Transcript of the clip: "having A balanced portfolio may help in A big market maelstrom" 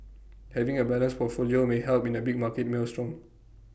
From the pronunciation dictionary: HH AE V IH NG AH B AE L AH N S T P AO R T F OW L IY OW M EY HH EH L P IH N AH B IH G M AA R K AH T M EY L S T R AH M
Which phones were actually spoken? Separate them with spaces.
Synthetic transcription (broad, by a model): HH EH V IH NG AH B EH L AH N S P AO T F OW L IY OW M EY HH EH L P IH N AH B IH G M AA K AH T M EY L S T R AH M